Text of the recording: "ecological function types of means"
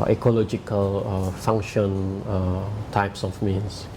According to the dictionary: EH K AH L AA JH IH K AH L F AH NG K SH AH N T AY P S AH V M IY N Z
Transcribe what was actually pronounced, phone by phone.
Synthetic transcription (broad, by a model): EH K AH L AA JH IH K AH L F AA NG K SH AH N T AY P S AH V M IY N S